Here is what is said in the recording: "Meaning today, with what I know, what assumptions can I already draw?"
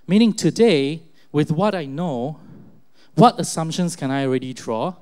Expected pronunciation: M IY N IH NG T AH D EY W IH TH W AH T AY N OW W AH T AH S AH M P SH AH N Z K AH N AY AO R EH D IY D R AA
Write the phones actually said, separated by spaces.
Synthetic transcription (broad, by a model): M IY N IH NG T AH D EY W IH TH W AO T AY N OW W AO T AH S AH M P SH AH N S K AH N AY AO R EH D IY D R AA